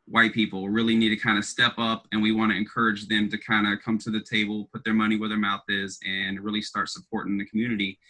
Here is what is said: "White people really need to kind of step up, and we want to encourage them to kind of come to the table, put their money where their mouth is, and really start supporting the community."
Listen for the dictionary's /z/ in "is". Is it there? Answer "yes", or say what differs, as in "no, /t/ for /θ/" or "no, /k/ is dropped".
yes